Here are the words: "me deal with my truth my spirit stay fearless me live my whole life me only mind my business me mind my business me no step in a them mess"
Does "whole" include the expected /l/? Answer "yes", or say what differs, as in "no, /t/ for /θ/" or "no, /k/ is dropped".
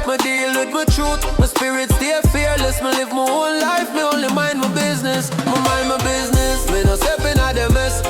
no, /n/ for /l/